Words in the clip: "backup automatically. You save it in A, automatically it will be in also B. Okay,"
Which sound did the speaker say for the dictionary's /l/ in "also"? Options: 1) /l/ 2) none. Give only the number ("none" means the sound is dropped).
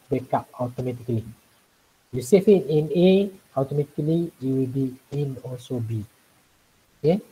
2